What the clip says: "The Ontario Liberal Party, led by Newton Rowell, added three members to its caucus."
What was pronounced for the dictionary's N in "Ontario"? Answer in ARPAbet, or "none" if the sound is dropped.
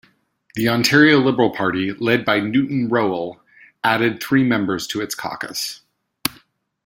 N